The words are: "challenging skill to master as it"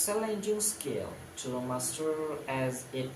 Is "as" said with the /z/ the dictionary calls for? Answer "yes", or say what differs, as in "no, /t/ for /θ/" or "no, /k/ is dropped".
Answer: yes